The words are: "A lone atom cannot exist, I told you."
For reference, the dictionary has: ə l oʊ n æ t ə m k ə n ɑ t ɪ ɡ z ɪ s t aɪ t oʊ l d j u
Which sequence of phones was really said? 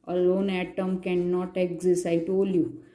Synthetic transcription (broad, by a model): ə l oʊ n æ t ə m k ə n ɑ t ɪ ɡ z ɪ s aɪ t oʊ l j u